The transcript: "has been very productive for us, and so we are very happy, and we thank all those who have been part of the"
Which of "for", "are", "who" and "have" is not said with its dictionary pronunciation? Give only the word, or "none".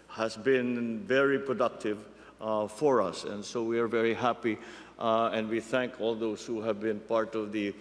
none